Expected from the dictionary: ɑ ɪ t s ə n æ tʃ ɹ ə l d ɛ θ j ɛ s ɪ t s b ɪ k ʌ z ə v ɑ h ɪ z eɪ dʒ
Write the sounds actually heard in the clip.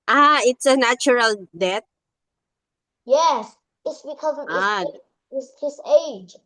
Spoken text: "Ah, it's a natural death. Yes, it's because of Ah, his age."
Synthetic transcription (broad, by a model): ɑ ɪ t s ə n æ tʃ ɹ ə l d ɛ t j ɛ s ɪ t s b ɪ k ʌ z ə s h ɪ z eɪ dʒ